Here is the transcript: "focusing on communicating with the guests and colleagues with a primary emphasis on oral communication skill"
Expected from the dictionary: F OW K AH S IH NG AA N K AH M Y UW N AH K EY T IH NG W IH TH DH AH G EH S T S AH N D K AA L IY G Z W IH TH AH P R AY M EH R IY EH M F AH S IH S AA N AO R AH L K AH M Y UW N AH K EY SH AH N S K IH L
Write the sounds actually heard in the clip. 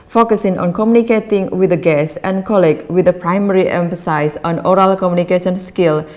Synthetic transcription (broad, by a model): F OW K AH S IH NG AA N K AH M Y UW N AH K EY T IH NG W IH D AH G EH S S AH N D K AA L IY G W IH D AH P R AY M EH R IY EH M F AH S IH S AA N AO R AH L K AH M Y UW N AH K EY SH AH N S K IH L